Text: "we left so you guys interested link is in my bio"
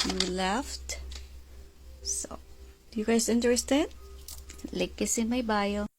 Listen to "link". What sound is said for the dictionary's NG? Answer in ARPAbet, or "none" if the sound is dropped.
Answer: none